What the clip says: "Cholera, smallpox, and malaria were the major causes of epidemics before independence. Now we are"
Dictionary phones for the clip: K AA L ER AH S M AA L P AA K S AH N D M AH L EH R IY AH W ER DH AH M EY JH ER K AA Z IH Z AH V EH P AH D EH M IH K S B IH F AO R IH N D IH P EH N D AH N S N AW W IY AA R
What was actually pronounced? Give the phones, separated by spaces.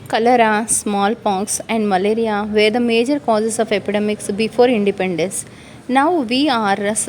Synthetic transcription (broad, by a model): K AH L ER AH S M AA L P AA K S AH N D M AH L EH R IY AH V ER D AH M EY JH ER K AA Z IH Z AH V EH P AH D EH M IH K S B IH F AO R IH N D IH P EH N D AH N S N AW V IY AA R